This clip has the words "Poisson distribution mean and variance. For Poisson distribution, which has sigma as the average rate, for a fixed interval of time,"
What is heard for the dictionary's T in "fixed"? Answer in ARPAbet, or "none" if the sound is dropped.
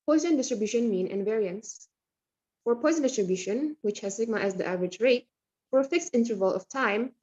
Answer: T